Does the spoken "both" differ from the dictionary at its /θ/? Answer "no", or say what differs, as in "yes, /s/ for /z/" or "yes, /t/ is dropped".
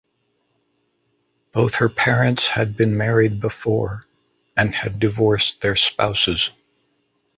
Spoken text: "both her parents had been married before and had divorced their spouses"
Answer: no